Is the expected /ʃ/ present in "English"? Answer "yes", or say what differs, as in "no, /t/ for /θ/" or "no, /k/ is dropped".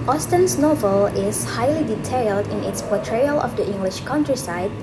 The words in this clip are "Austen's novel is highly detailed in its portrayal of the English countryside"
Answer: yes